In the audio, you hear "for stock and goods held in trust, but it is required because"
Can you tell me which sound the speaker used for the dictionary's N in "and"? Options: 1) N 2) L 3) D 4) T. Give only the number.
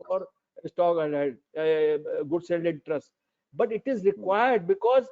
2